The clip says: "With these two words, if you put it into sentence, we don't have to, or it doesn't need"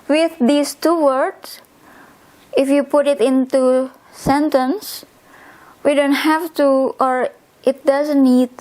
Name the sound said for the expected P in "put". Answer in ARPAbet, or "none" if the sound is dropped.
P